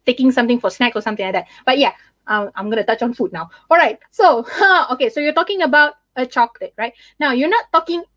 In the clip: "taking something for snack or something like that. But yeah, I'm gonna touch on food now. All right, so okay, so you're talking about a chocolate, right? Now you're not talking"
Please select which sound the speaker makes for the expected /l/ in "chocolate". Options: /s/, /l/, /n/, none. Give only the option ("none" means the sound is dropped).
none